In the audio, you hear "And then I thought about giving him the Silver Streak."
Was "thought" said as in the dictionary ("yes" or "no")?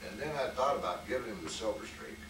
yes